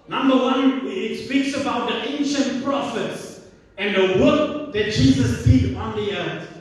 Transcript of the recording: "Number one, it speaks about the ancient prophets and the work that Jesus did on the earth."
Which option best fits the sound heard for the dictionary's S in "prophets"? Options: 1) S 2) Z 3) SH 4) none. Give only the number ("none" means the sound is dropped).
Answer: 1